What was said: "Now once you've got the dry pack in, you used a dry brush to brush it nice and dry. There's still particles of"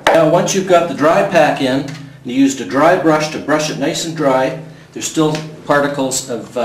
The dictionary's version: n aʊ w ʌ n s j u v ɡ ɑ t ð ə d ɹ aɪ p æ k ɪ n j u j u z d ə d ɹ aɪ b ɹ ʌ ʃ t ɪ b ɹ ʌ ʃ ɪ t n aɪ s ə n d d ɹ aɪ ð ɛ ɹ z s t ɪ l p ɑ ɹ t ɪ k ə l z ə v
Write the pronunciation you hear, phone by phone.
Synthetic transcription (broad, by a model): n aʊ w ʌ n s j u v ɡ ɑ t ð ə d ɹ aɪ p æ k ɪ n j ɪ j u z d ə d ɹ aɪ b ɹ ʌ ʃ t ɪ b ɹ ʌ ʃ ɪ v n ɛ ə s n d ɹ aɪ ð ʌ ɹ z s t ɪ l p ɑ ɹ t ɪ k l z ə v